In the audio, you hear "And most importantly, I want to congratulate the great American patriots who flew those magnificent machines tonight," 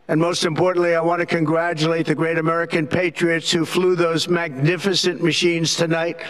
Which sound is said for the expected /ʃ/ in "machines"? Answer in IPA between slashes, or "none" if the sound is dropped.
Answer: /ʃ/